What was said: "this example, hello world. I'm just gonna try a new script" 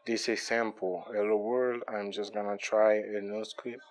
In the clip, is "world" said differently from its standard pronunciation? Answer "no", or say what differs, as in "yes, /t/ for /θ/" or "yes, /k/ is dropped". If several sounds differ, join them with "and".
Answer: no